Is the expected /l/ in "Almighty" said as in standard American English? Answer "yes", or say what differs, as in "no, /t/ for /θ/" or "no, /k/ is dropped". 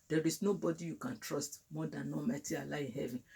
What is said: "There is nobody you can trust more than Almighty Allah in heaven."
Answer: no, /l/ is dropped